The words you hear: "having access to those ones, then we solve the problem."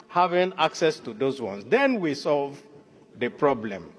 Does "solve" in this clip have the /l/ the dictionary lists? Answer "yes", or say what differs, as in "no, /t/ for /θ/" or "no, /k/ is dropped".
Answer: yes